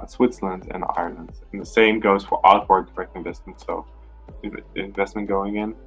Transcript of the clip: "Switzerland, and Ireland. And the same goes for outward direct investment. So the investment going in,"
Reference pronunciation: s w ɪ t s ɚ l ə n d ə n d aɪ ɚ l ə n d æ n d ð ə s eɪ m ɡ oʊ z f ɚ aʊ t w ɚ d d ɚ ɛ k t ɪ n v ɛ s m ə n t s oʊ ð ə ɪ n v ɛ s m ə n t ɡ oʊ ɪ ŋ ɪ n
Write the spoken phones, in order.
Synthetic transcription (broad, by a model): s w ɪ t s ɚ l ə n d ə n aɪ ɚ l ə n d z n ð ə s eɪ m ɡ oʊ z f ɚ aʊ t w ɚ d d ɚ ɛ k t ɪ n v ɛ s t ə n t s oʊ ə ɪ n v ɛ s m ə n ɡ oʊ ɪ ŋ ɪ n